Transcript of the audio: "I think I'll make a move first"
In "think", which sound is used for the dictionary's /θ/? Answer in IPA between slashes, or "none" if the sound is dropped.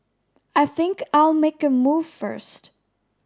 /θ/